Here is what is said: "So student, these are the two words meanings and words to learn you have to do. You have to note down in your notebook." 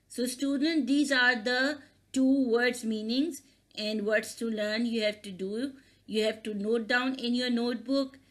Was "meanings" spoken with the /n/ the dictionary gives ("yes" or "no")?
yes